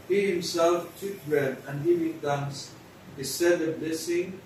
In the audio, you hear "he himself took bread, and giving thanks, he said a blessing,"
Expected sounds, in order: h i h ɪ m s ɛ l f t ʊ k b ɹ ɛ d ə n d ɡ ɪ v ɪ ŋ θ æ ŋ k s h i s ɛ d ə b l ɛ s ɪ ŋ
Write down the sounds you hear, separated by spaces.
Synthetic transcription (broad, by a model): h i h ɪ m s ɛ l f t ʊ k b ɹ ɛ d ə n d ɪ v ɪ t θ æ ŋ s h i s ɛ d ə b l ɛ s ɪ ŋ